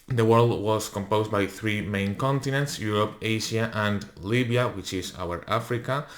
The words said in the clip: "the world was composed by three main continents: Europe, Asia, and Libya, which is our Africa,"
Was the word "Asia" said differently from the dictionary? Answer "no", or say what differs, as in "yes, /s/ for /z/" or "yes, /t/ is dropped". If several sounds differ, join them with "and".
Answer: yes, /ʃ/ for /ʒ/